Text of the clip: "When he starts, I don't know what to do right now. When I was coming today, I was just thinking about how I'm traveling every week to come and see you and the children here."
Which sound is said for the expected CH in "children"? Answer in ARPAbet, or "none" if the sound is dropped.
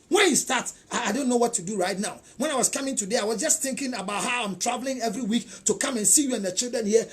CH